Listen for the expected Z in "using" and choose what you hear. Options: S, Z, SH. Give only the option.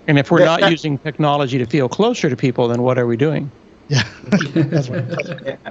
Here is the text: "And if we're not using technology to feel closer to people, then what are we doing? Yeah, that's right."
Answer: Z